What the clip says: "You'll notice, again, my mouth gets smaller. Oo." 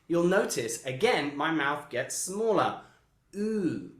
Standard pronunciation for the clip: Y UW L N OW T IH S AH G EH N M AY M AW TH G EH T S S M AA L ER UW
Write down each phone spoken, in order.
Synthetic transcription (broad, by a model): Y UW L N OW T IH S AH G EH N M AY M AW TH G EH T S S M AA L ER UW